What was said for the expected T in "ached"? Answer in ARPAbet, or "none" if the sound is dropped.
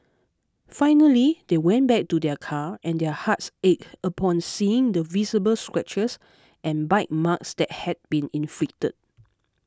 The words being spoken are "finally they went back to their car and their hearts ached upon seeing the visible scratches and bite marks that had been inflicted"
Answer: none